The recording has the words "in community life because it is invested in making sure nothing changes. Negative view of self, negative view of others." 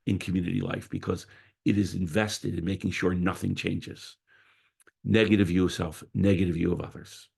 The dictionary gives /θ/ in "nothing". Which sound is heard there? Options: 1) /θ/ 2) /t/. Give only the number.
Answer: 1